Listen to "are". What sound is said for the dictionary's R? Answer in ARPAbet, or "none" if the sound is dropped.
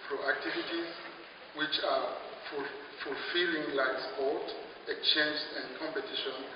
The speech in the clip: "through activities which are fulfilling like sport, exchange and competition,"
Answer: L